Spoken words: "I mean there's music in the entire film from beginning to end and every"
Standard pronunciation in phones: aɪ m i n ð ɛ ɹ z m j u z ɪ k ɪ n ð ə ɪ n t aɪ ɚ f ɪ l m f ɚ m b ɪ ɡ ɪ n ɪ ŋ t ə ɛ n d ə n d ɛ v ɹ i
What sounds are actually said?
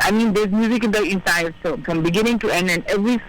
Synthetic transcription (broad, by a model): aɪ m i n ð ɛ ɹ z m j u z ɪ k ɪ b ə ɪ n s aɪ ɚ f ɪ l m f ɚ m b ɪ ɡ ɪ n ɪ ŋ t ə ɛ n d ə n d ɛ v ɹ i